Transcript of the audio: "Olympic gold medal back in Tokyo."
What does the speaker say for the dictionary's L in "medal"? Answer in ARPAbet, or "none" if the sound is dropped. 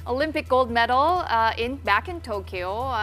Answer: N